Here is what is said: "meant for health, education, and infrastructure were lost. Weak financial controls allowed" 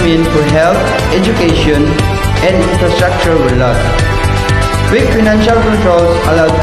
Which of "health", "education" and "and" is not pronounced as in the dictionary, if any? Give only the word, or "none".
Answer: health